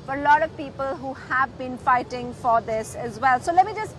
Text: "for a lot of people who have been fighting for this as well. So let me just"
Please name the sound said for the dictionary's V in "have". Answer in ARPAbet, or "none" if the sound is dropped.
V